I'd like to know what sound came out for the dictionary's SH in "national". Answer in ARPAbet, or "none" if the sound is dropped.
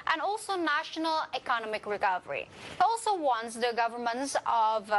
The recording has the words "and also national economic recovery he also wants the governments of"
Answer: SH